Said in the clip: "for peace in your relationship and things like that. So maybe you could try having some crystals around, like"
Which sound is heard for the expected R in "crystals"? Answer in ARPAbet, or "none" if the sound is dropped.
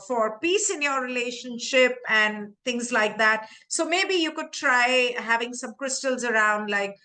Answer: R